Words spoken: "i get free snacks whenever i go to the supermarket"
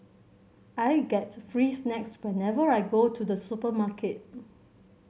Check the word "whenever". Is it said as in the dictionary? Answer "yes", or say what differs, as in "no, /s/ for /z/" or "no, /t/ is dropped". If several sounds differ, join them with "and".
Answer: yes